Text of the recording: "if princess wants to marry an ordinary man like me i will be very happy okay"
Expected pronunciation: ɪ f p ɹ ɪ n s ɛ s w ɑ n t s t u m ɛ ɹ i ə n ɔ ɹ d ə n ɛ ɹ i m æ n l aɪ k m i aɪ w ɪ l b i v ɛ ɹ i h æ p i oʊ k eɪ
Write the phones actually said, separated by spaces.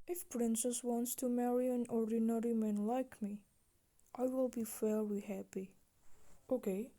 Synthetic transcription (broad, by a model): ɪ f p ɹ ɪ n s ɛ s w ɑ n t s t u m ɛ ɹ i ə n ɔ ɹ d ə n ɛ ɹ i m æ n l aɪ k m i aɪ w ɪ l b i f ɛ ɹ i h æ p i oʊ k eɪ